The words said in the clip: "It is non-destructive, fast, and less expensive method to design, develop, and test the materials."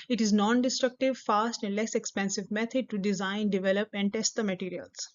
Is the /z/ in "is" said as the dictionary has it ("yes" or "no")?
yes